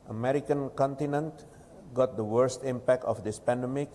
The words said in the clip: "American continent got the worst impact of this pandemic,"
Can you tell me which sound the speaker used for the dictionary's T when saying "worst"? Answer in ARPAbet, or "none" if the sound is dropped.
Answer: T